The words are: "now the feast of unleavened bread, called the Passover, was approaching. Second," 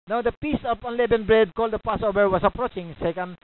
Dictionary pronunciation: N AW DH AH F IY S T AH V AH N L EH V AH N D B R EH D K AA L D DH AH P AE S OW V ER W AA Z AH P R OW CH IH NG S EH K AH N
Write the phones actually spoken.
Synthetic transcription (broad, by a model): N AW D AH P IY S AH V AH N L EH B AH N B R EH D K AA L D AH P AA S OW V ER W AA S AH P R OW CH IH NG S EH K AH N